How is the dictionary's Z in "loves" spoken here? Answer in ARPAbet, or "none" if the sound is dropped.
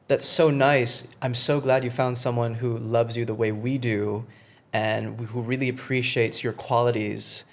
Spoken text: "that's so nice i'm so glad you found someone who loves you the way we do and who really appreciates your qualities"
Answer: Z